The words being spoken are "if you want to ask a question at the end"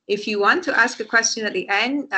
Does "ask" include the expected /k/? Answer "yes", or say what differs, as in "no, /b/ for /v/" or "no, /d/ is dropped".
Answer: yes